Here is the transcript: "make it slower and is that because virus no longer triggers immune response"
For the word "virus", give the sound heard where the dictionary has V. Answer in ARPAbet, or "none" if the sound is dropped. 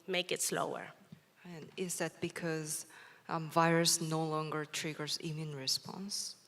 V